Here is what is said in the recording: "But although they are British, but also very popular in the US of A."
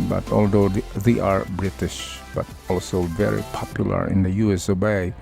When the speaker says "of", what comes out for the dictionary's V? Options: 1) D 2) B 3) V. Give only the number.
2